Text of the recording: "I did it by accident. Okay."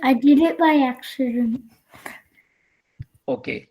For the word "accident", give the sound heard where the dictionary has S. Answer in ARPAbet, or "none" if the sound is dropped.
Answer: SH